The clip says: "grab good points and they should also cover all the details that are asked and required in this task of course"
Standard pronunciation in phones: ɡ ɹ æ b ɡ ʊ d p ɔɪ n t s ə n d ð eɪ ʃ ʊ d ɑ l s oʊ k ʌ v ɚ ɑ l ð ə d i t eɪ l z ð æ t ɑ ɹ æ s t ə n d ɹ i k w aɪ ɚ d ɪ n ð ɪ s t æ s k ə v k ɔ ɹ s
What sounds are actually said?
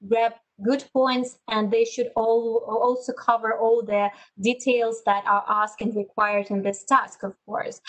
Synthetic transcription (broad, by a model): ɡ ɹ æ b ɡ ʊ d p ɔɪ n t s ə n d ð eɪ ʃ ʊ d ɑ l s oʊ k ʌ v ɚ ɑ l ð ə d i t eɪ l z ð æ t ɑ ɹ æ s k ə n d ɹ i k w aɪ ɚ d ɪ n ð ɪ s t æ s k ə v k ɔ ɹ s